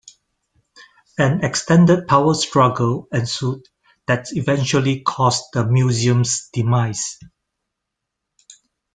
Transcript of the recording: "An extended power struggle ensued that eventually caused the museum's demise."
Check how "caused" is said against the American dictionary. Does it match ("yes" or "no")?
no